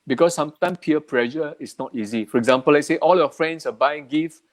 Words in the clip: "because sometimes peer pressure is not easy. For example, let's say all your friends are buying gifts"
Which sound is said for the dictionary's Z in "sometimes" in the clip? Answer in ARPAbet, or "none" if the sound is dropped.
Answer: none